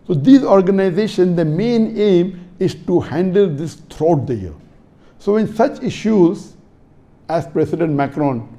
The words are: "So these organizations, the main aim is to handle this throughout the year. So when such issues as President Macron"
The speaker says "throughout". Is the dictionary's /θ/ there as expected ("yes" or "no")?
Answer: no